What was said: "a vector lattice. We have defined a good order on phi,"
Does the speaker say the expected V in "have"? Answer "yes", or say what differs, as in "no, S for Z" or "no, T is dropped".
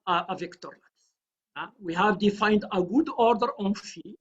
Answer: yes